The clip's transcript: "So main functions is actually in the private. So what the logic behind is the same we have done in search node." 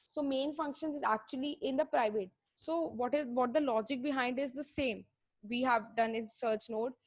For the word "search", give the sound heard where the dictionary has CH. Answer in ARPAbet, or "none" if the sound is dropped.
CH